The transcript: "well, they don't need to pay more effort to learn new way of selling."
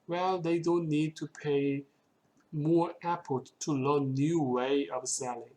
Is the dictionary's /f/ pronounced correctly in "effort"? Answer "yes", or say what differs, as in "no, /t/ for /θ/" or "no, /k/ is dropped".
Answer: no, /p/ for /f/